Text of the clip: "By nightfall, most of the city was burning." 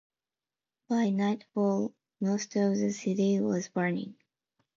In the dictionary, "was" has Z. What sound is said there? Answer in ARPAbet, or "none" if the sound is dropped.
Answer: Z